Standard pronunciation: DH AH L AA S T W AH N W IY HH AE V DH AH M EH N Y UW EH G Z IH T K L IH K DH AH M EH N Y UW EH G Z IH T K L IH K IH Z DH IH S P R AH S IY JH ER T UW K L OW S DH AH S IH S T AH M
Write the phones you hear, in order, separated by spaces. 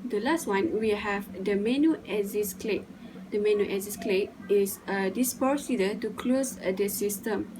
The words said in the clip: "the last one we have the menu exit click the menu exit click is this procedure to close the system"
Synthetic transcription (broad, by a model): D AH L AA S T W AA N W IY HH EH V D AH M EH N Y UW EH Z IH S K L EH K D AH M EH N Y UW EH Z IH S K L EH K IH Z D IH S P AH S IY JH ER T UW K L OW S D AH S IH S T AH M